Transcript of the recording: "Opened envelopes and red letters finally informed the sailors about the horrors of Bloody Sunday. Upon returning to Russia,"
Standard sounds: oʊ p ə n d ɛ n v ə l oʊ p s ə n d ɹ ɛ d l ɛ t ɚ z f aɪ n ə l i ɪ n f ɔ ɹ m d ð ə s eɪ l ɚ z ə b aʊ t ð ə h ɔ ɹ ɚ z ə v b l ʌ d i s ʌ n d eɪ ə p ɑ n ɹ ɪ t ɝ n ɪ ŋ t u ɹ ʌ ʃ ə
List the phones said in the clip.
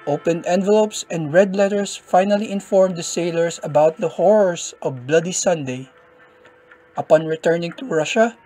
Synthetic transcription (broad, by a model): oʊ p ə n d ɛ n v ə l oʊ p s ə n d ɹ ɛ d l ɛ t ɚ s f aɪ n ə l i ɪ n f ɔ ɹ m d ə s eɪ l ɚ s ə b aʊ t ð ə h ɔ ɹ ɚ s ə v b l ʌ d i s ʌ n d eɪ ə p ɑ n ɹ ɪ t ɝ n ɪ ŋ t u ɹ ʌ ʃ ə